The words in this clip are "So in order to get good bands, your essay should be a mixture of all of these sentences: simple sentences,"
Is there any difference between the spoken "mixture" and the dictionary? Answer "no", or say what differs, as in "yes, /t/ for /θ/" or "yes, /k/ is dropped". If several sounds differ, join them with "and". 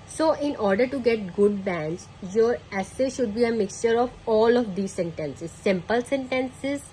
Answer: no